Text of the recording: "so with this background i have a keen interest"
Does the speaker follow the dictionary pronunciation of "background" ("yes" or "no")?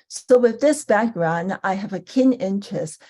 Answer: yes